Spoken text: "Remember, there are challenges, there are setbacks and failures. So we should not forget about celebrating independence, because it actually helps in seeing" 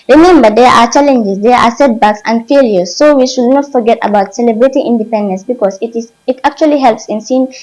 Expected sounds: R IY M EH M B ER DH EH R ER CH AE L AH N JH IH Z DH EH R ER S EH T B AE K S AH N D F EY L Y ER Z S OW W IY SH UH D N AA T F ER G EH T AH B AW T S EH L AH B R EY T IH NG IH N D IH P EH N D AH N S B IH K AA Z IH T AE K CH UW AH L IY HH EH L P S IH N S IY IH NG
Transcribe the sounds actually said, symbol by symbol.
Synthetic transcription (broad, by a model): R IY M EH M B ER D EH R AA CH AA L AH N JH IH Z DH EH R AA S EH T B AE K S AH N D F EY L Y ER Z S OW W IY SH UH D N AA T F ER G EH T AH B AW T S EH L AH B R EY T IH NG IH N D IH P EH N D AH N S B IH K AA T IH T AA K CH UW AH L IY HH EH L P S IH N S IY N